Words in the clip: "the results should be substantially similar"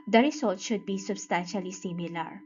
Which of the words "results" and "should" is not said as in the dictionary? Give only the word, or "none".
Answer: results